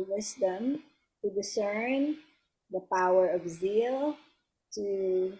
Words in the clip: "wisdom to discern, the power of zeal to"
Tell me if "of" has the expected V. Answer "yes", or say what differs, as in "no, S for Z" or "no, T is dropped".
yes